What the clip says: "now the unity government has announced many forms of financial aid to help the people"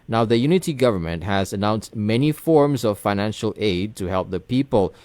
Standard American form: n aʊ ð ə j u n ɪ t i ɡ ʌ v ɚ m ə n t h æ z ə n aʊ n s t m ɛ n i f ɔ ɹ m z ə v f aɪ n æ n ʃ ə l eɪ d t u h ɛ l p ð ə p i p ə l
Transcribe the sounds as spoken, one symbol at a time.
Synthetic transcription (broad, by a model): n aʊ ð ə j u n ɪ t i ɡ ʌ v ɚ m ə n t h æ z ə n aʊ n s t m ɛ n i f ɔ ɹ m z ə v f aɪ n æ n ʃ ə l eɪ d t u h ɛ l p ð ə p i p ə l